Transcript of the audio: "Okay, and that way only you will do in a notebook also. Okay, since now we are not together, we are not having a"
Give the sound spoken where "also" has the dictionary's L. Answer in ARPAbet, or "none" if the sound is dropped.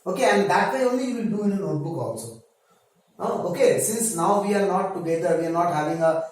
N